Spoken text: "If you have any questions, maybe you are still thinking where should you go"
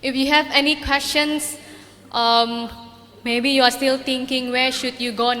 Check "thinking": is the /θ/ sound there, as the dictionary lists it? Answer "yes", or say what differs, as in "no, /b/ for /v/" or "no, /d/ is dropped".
no, /t/ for /θ/